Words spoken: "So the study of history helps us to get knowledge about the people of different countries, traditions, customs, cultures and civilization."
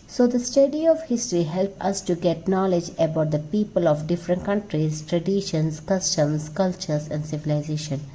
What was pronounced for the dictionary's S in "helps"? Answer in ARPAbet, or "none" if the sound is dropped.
none